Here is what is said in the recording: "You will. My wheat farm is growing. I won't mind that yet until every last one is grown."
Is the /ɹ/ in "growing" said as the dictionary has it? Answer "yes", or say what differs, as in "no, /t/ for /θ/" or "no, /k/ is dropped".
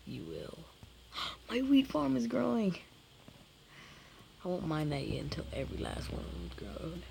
yes